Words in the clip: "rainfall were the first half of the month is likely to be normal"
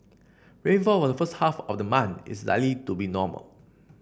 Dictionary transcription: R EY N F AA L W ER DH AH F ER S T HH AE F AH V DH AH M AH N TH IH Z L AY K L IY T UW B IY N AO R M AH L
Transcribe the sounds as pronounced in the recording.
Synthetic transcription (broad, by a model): R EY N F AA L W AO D AH F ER S T HH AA F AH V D AH M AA N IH S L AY L IY T UW B IY N AO M AH L